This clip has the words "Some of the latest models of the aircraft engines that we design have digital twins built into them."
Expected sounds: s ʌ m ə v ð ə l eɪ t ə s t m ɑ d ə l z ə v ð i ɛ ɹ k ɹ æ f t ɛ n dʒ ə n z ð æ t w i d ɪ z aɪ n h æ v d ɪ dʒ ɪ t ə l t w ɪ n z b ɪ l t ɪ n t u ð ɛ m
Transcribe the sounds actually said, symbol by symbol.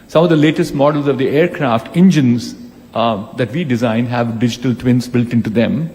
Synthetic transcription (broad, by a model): s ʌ m ə v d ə l eɪ t ə s t m ɑ d ə l z ə v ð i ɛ ɹ k ɹ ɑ f t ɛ n dʒ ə n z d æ t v i d ɪ z aɪ n h æ v d ɪ dʒ ɪ t ə l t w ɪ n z b ɪ l t ɪ n t u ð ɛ m